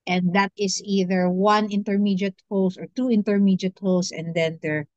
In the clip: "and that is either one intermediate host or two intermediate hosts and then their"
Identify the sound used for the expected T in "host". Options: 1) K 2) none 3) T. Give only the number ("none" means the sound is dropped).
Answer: 2